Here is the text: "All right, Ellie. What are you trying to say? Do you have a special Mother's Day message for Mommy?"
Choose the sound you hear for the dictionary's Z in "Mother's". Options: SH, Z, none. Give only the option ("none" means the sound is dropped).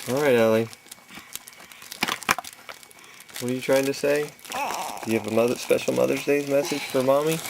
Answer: Z